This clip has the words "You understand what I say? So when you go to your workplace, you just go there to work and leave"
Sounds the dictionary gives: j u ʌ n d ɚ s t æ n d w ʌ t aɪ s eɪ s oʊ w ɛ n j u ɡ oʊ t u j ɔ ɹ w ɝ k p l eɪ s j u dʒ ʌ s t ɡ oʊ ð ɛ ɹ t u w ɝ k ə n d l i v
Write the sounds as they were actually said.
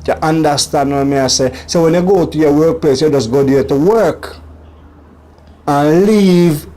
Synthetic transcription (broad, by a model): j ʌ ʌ n d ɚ s t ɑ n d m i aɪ s eɪ s oʊ w ɛ n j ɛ ɡ oʊ t u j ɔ w ɝ k p l eɪ s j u dʒ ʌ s ɡ oʊ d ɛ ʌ t u w ɝ k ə n l i v